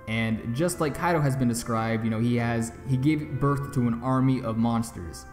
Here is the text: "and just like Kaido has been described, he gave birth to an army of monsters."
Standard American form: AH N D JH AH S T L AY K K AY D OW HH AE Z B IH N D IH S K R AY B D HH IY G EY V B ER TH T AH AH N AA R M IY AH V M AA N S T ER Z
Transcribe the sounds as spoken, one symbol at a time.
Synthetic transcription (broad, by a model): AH N JH AH S T L AY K K AY D OW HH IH Z B IH N D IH S K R AY B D HH IY G EY V B ER TH T AH AH N AA R M IY AH V M AA N S T ER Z